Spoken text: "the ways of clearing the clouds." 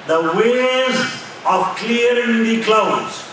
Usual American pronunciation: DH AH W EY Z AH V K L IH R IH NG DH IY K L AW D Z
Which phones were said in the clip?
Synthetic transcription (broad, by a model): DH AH W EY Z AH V K L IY IH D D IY K L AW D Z